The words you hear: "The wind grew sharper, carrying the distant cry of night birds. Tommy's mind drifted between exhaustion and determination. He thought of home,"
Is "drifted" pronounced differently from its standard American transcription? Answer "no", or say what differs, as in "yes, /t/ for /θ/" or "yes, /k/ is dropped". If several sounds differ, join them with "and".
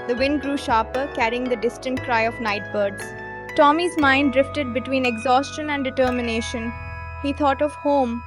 no